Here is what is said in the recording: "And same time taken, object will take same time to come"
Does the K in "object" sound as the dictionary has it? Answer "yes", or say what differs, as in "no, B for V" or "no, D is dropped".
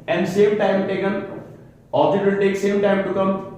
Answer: no, K is dropped